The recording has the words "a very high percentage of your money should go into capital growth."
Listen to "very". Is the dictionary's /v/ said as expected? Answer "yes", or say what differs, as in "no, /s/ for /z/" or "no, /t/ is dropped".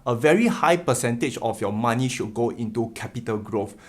yes